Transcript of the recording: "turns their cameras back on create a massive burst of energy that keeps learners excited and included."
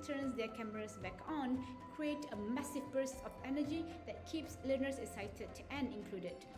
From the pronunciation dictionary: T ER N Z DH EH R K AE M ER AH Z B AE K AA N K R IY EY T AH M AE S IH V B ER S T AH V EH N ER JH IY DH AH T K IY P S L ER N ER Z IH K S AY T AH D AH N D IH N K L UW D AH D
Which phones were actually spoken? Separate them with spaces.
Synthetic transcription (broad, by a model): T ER N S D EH K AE M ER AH S B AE K AA N K R IY EY T AH M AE S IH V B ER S AH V EH N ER JH IY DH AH T K IY P S L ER N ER S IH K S AY T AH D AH N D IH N K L UW D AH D